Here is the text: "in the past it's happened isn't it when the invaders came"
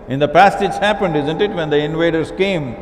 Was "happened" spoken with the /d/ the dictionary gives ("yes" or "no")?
yes